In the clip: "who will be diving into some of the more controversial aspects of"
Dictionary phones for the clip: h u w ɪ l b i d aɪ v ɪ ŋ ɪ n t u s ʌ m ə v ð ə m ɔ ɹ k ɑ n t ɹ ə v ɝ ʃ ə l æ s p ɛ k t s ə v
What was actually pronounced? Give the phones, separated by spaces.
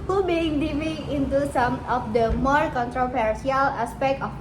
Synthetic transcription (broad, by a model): h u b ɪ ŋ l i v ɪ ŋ ɪ n t u s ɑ m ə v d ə m ɔ ɹ k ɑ n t ɹ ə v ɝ s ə l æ s p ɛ k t ə